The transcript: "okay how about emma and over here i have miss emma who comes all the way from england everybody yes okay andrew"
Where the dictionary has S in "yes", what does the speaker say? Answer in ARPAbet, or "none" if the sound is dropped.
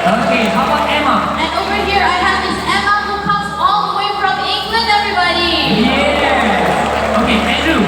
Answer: none